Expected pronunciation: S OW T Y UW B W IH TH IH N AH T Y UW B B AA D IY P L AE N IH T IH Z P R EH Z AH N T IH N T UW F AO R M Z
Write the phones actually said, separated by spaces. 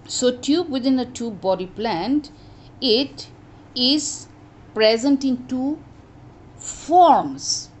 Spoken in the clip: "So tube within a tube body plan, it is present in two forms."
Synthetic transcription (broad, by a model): S OW T Y UW B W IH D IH N AH T Y UW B B AA D IY P L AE N IH T IH Z P R EH Z AH N T IH N T UW F AO R M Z